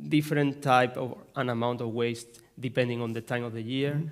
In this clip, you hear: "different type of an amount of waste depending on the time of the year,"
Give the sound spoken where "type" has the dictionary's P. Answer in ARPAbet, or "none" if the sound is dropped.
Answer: P